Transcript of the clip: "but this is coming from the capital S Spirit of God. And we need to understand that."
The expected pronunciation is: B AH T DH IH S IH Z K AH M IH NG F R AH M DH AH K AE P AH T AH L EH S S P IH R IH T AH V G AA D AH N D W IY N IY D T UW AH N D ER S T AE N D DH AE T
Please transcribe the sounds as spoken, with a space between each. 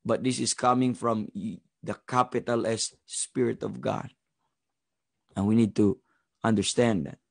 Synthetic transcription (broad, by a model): B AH T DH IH S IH S K AH M IH NG F R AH M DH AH K AE P AH T AH L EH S S P IH R IH T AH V G AA D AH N W IY N IY D T UW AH N D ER S T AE N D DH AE T